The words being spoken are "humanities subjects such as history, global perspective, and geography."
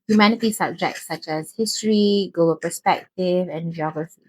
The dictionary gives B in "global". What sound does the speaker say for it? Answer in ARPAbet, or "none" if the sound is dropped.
none